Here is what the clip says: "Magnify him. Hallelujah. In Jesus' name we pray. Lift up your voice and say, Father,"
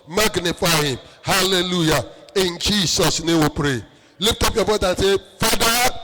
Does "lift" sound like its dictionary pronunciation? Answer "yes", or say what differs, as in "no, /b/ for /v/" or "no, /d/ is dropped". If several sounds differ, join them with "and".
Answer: no, /p/ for /f/